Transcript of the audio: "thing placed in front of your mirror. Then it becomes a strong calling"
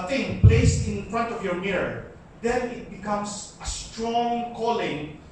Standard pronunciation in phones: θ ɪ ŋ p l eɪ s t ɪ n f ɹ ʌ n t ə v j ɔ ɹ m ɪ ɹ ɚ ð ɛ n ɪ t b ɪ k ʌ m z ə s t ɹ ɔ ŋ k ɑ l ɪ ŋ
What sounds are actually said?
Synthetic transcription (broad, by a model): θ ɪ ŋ p l eɪ s t ɪ n f ɹ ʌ n t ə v j ɔ ɹ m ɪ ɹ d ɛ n ɪ t b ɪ k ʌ m s ə s t ɹ ɔ ŋ k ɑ l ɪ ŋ